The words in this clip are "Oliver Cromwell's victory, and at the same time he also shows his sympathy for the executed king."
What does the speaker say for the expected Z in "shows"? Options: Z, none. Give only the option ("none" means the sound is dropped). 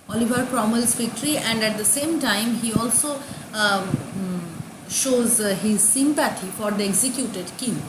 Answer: Z